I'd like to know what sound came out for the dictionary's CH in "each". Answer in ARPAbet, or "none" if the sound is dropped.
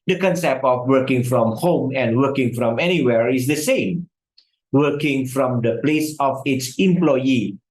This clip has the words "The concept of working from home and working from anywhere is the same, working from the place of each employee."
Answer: S